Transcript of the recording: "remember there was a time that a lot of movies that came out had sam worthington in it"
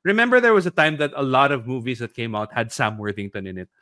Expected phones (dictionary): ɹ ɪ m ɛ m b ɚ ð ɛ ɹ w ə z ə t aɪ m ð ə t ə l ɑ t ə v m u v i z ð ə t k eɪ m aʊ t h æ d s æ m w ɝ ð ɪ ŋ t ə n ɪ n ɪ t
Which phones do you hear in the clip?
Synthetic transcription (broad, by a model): ɹ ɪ m ɛ m b ɚ ð ɛ ɹ w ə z ə t aɪ m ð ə t ə l ɑ t ə v m u v i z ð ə t k eɪ m aʊ t h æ d s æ m w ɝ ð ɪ ŋ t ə n ɪ n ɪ t